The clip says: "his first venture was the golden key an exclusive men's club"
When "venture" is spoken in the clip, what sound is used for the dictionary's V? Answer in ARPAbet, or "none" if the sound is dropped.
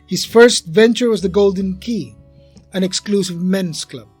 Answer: V